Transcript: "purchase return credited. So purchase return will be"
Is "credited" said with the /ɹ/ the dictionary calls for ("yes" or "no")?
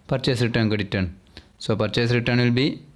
no